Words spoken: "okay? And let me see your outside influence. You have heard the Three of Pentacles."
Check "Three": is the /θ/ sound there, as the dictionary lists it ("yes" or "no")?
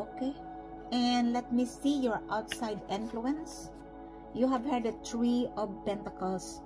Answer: no